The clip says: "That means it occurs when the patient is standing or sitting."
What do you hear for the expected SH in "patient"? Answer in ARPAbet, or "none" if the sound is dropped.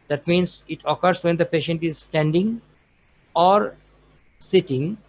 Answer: SH